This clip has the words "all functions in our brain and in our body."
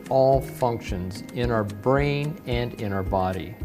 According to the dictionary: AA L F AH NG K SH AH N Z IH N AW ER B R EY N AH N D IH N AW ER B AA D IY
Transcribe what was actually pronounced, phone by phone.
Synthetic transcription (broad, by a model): AA L F AH NG K SH AH N Z IH N AW ER B R EY N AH N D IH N AW ER B AA D IY